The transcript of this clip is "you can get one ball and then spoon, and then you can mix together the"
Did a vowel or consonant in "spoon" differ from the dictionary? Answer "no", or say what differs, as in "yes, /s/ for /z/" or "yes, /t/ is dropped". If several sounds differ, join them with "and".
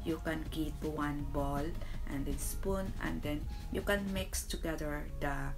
no